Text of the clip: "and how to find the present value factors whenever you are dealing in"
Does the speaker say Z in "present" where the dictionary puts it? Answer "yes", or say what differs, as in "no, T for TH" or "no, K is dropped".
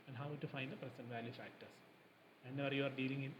no, S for Z